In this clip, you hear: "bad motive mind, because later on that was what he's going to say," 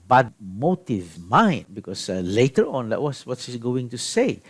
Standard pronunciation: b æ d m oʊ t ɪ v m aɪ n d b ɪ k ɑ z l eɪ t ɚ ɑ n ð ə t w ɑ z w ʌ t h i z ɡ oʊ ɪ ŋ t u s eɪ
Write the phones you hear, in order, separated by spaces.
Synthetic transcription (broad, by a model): b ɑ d m oʊ t ɪ v m aɪ n d b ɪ k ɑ s l eɪ t ɚ ɑ n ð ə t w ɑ s w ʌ t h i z ɡ oʊ ɪ ŋ t u s eɪ